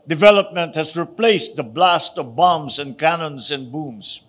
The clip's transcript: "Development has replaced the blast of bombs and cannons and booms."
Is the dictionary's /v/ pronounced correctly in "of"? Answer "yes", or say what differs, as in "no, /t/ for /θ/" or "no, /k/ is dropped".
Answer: yes